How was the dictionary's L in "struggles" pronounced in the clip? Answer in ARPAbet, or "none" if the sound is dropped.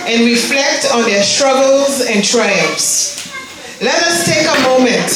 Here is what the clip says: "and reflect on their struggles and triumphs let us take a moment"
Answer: L